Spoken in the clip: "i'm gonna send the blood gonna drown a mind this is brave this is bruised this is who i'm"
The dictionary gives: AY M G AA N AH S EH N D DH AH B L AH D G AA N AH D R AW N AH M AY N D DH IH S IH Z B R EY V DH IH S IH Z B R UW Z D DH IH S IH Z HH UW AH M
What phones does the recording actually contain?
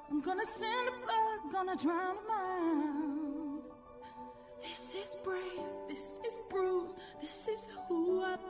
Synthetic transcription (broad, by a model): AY M G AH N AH S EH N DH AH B AH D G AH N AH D R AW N AH M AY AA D DH IH S IH Z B R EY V DH IH S IH Z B R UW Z DH IH S IH Z HH UW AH